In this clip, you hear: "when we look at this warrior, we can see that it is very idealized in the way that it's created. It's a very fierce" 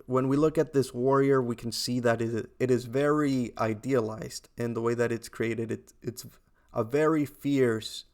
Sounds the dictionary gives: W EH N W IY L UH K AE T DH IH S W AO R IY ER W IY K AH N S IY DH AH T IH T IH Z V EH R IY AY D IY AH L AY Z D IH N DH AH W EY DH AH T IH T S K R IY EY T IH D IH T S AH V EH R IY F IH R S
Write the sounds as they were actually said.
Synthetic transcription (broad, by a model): W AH N W IY L UH K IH T DH IH S W AO R IY ER W IY K N S IY DH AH T IH T IH Z V EH R IY AY D IY AH L AY Z D IH N DH AH W EY DH AH T IH T S K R IY EY T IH D IH T S AH V EH R IY F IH R S